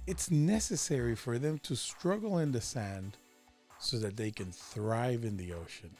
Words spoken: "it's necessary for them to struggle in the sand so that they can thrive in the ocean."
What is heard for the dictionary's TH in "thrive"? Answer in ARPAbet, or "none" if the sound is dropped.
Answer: TH